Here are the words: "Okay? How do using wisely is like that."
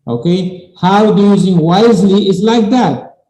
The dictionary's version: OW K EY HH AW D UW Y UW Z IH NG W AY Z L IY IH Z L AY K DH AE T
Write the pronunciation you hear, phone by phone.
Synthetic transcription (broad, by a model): OW K EY HH AW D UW Y UW Z IH NG W AY Z L IY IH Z L AY K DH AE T